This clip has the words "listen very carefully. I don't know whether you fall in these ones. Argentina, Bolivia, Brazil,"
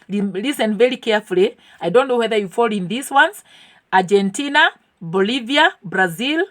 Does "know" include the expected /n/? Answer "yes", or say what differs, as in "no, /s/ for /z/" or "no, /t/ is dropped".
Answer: yes